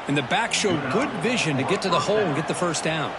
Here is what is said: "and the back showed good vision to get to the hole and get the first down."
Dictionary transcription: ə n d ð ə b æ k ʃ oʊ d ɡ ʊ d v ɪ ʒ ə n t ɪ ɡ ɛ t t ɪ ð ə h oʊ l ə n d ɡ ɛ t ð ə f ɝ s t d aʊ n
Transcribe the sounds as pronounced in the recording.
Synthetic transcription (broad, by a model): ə n ð ə b æ k ʃ oʊ d ɡ ʊ d v ɪ ʒ ə n t ɪ ɡ ɛ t t ɪ ð ə h oʊ l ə n ɡ ɛ t ð ə f ɝ s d aʊ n